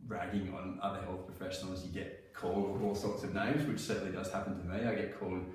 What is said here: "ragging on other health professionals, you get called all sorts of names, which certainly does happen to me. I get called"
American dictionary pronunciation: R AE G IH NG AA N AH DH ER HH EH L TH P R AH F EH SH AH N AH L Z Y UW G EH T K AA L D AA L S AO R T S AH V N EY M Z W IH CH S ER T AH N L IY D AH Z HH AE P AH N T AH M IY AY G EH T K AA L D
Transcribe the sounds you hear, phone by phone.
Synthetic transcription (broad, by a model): R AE G IH NG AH N AH DH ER HH EH L TH P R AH F EH SH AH N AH L Z Y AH G EH T K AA L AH AA L S AO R T S AH V N EY M Z W IH CH S ER T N L IY D AH Z HH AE P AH N T AH M IY AY G EH T K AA L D